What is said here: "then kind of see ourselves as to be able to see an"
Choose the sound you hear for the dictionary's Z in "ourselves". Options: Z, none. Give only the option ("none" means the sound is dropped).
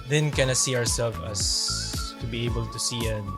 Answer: none